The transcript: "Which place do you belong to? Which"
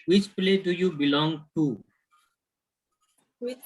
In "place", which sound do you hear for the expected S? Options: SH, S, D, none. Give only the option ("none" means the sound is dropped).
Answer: none